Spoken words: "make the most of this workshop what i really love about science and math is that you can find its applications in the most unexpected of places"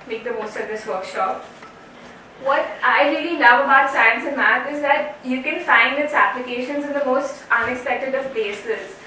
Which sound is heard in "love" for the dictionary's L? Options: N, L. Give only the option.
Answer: N